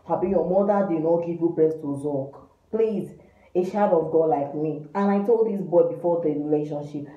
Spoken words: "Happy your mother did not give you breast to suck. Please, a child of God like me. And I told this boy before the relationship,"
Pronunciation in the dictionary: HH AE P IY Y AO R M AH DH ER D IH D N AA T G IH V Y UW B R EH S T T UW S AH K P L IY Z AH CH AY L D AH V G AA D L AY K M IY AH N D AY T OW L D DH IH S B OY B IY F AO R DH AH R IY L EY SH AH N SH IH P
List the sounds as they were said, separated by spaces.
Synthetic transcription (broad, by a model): HH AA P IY Y AO M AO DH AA D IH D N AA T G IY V Y UW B R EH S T T UW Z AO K P L IY Z AH SH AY D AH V G AA D L AY K M IY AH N AY T OW L D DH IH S B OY B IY F AO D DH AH R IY L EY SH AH N SH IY P